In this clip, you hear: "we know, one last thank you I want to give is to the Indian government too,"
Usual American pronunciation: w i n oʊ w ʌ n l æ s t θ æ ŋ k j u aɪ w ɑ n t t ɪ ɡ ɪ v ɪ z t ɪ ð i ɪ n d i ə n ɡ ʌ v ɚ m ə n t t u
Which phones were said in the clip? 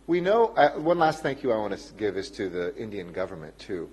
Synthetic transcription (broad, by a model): w i n oʊ w ʌ n l æ s t θ æ ŋ k j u aɪ w ɑ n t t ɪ ɡ ɪ v ɪ z t ɪ ð i ɪ n d i ə n ɡ ʌ v ɚ m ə n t t u